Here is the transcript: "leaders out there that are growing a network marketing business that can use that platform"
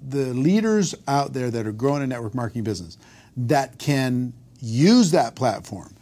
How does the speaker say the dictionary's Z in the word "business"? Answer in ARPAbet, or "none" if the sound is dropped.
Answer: Z